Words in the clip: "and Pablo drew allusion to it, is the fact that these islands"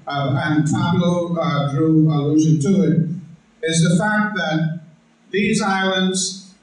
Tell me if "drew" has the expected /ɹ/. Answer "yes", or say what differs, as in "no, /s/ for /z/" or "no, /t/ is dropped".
yes